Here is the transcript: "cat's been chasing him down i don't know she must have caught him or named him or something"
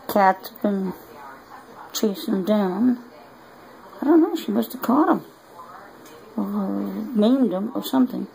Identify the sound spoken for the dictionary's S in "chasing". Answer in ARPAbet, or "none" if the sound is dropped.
none